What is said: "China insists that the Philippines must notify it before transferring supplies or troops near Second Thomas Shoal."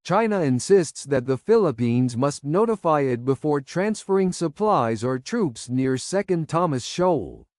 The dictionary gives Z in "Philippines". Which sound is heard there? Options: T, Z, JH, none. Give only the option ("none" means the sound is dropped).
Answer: Z